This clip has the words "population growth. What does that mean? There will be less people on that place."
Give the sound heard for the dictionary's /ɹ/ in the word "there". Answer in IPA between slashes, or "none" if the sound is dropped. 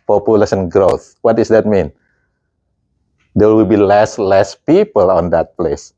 /w/